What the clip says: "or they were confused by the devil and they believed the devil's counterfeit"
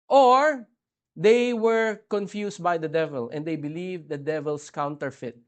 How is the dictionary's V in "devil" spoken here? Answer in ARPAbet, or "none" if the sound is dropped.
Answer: V